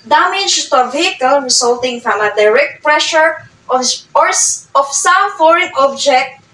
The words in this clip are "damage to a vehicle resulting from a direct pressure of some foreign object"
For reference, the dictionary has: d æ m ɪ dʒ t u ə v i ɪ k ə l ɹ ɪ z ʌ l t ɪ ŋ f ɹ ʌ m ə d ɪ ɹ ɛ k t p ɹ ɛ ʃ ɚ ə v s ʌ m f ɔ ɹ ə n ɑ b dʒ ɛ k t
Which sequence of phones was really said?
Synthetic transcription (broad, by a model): d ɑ m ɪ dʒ t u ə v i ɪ k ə l ɹ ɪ s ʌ l t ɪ ŋ f ɹ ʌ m ə d ɪ ɹ ɛ k t p ɹ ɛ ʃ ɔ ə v s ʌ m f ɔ ɹ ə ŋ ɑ b dʒ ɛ k t